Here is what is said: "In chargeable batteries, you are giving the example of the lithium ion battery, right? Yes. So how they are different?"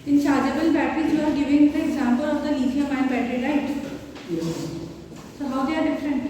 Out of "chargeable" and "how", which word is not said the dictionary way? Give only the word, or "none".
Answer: chargeable